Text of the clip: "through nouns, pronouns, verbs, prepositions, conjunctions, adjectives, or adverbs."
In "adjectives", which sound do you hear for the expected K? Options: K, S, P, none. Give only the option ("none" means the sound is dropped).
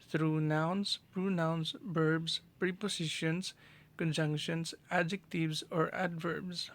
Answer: K